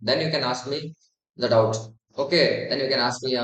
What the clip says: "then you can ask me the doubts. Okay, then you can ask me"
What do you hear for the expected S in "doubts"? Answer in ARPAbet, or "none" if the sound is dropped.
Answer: none